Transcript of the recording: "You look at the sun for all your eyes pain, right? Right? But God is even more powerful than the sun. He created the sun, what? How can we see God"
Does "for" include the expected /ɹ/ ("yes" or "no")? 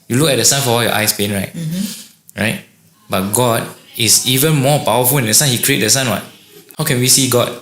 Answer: no